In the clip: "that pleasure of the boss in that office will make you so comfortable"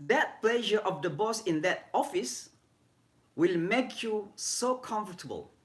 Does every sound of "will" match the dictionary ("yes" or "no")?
yes